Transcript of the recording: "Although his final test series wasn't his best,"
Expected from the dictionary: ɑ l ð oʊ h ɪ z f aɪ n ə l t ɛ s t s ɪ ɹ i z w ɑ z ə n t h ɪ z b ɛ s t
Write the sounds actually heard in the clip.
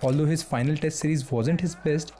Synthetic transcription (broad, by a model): ɑ l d oʊ h ɪ z f aɪ n ə l t ɛ s t s ɪ ɹ i z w ɑ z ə n t h ɪ z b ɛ s t